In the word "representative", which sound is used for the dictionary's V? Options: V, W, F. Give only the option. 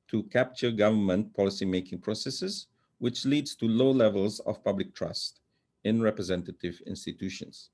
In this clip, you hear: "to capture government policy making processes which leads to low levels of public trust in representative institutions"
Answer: V